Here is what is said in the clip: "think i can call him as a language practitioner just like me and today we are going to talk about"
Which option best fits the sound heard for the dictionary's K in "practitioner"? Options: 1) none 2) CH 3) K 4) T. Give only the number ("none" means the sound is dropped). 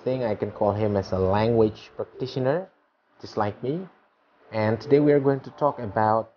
3